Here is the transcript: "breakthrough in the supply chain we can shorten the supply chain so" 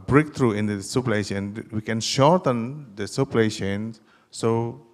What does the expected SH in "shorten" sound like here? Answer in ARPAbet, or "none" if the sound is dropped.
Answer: SH